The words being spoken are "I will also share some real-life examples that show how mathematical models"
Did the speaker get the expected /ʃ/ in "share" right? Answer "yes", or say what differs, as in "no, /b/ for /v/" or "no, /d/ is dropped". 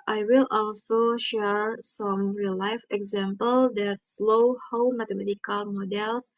yes